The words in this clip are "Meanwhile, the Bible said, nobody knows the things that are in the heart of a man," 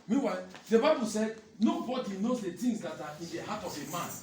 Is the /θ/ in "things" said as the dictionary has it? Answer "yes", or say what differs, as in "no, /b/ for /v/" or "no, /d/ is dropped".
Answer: no, /t/ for /θ/